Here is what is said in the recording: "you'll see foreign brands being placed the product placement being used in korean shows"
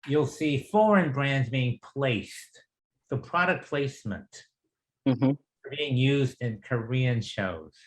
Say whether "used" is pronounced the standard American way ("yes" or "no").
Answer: yes